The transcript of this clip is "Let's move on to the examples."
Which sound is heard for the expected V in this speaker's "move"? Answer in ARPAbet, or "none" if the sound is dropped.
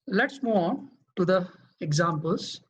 none